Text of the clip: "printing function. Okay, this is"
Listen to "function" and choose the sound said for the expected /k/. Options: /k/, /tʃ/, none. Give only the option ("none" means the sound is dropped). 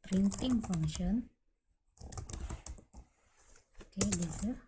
none